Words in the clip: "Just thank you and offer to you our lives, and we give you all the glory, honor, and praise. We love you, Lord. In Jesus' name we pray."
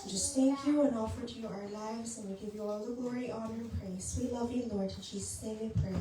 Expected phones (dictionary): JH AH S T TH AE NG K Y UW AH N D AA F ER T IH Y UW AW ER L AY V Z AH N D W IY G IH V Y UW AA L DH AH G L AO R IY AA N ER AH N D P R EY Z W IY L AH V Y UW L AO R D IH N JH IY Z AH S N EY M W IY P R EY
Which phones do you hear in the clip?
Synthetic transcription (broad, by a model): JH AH S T TH AE NG K Y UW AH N AA F ER T IH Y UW AW ER L AY V Z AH N W IY G IH V Y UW AA L DH AH G L AO R IY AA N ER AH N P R EY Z W IY L AH V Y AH L AO R D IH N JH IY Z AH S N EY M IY P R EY